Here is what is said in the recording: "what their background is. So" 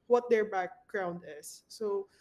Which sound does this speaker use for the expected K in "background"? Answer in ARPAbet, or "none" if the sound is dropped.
K